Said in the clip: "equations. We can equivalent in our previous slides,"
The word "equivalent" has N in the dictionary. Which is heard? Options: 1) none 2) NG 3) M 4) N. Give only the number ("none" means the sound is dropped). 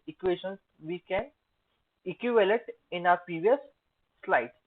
1